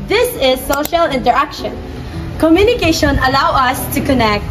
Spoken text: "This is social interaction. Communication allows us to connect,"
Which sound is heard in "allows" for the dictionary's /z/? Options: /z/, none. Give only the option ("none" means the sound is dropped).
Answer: none